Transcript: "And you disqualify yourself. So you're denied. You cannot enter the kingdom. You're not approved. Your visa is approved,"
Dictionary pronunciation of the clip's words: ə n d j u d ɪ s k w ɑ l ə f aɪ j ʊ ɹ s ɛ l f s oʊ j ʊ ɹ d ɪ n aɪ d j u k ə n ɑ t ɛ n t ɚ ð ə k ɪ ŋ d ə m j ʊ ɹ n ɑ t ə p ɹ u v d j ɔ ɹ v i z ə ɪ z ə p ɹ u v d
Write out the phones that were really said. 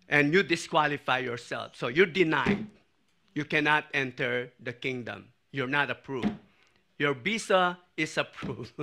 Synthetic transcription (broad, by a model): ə n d j u d ɪ s k w ɑ l ə f aɪ j ʊ ɹ s ɛ l f s oʊ j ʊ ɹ d ɪ n aɪ d j u k ə n ɑ t ɛ n t ɚ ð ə k ɪ ŋ d ə m j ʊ ɹ n ɑ t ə p ɹ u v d j ɔ ɹ b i s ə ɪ s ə p ɹ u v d